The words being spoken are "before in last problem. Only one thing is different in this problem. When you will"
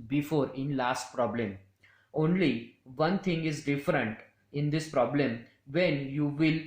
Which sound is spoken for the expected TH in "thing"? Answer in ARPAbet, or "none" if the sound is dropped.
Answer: T